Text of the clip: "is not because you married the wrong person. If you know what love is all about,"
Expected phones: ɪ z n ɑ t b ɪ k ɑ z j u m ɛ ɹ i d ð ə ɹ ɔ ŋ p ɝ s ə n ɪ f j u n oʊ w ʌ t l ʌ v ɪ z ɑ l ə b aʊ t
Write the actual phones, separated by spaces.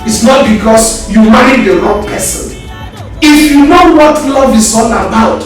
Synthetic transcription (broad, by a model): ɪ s n ɑ t b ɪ k ɑ s j u m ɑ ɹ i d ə l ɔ p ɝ s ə n ɪ f j u n oʊ w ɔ t l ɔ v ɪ s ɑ n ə b aʊ t